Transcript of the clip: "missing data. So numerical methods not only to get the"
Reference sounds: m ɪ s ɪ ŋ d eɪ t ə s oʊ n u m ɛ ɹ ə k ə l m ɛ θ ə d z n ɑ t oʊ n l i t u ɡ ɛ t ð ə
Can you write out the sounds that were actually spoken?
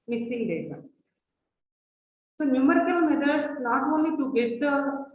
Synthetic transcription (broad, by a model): m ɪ s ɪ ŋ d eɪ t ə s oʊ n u m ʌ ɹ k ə n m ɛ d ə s n ɑ t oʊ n l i t u ɡ ɛ t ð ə